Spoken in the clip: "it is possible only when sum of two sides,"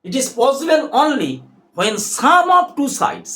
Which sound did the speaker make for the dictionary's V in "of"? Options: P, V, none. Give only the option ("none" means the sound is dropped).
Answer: P